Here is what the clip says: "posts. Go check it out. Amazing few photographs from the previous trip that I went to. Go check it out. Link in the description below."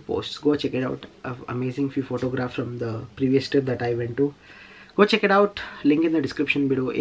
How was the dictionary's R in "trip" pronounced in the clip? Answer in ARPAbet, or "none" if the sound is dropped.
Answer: none